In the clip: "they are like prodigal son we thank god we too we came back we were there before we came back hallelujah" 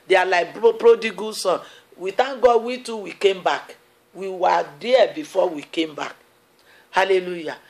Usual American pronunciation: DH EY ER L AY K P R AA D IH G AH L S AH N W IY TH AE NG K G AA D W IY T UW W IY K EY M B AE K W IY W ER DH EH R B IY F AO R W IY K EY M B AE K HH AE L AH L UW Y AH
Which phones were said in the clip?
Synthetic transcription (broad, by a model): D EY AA L AY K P R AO D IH G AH S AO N W IY T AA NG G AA W IY T UW W IY K EY M B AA K W IY W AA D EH B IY F AO W IY K EY M B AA K HH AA L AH L UW Y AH